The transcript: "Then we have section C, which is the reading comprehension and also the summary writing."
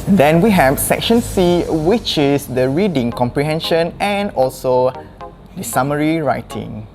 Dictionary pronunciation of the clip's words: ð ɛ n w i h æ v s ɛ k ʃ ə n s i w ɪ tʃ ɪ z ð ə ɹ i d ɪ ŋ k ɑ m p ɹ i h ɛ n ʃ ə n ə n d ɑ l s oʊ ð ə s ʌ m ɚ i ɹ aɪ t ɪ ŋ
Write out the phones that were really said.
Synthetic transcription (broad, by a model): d ɛ n w i h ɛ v s ɛ k ʃ ə n s i w ɪ tʃ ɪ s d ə ɹ i d ɪ ŋ k ɑ m p ɹ i h ɛ n ʃ ə n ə n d ɑ l s oʊ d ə s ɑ m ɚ i ɹ aɪ t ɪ ŋ